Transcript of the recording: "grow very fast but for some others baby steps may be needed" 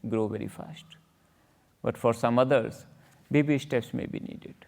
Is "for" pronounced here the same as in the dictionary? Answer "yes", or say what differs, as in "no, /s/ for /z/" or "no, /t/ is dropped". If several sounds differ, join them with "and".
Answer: yes